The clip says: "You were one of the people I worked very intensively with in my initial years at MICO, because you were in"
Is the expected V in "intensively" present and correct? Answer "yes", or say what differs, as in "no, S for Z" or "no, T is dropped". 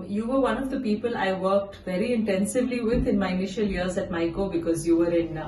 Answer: yes